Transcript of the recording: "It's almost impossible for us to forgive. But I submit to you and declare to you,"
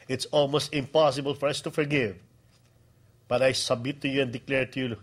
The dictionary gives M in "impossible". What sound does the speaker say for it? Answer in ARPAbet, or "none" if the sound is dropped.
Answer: M